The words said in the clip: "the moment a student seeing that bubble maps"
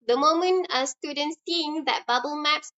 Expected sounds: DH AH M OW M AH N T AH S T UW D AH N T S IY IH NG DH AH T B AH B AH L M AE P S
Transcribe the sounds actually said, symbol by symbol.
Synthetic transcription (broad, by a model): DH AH M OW M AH N AH S T UW D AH N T S IY IH NG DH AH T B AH B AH L M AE P S